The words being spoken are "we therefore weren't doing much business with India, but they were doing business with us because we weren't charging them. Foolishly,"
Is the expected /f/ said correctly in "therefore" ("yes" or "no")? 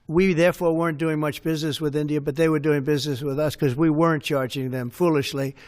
yes